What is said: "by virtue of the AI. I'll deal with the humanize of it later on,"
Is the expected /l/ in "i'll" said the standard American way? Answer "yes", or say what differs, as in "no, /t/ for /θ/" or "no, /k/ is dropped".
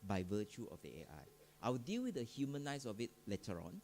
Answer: no, /w/ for /l/